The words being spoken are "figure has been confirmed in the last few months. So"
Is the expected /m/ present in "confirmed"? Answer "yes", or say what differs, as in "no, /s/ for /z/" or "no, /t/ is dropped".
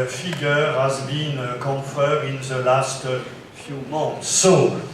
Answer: no, /m/ is dropped